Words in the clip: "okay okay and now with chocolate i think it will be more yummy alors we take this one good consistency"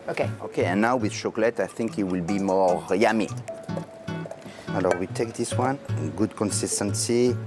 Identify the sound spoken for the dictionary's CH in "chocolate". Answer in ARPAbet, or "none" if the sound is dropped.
SH